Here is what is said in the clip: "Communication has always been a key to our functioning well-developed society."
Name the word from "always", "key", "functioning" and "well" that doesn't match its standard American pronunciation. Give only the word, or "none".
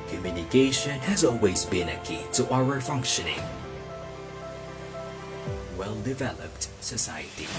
none